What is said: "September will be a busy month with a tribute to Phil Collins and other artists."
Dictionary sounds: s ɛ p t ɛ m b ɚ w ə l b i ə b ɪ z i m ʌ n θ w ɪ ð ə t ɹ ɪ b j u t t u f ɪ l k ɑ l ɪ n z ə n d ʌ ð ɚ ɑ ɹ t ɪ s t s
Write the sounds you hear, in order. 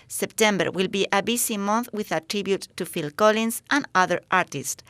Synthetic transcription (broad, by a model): s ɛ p t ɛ m b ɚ w ə l b i ə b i s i m ʌ n θ w ɪ ð ə t ɹ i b j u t t u f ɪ l k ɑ l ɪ n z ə n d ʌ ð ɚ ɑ ɹ t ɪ s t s